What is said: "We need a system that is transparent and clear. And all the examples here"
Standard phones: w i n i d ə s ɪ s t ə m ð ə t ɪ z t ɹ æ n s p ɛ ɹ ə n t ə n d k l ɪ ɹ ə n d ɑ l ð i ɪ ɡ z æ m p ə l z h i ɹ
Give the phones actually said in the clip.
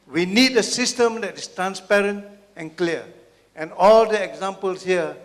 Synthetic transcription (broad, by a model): w i n i d ə s ɪ s t ə m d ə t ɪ s t ɹ æ n s p ɛ ɹ ə n t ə n k l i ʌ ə n ɑ l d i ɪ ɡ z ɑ m p ə l s h i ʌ